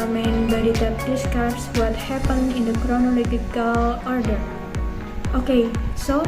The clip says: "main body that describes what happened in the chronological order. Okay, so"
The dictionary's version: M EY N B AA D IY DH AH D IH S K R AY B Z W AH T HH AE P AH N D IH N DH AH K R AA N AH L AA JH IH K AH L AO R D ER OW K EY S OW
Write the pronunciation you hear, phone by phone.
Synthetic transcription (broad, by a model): M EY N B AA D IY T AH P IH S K AY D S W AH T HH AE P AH N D IH N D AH K R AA N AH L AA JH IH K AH L AO R D ER OW K EY S OW